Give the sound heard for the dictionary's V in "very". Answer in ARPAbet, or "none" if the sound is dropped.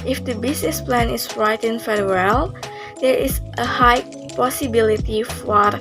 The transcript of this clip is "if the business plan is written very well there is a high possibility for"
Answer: F